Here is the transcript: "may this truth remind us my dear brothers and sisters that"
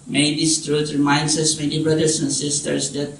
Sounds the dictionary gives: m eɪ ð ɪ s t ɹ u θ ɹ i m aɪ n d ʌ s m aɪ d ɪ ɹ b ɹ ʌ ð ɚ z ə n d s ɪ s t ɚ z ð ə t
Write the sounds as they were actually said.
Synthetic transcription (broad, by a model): m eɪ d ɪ s t ɹ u t ɹ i m aɪ n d ʌ s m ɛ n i b ɹ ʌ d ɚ s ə n s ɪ s t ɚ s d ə t